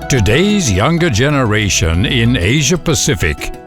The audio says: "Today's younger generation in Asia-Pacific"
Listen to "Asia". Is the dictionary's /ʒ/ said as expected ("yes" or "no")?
yes